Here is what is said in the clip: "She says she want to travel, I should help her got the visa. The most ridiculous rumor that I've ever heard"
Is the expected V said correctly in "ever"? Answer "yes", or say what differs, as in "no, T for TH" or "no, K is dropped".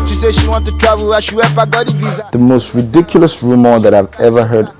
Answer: yes